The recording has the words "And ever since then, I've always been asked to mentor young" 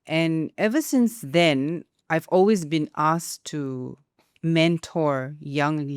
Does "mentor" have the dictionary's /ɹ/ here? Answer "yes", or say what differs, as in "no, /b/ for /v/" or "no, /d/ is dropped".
yes